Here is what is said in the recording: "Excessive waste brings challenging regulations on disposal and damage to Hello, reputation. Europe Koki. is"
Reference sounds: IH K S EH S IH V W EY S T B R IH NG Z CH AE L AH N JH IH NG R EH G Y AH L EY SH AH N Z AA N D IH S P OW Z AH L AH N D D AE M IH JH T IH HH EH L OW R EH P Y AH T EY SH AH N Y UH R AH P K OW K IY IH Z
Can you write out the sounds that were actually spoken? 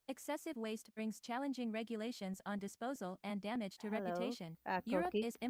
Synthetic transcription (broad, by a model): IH K S EH S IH V W EY S T B R IH NG Z CH AE L AH N JH IH NG R EH G Y AH L EY SH AH N Z N D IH S P OW Z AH L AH N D D AE M IH JH T IH R EH P Y AH T EY SH AH N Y R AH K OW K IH Z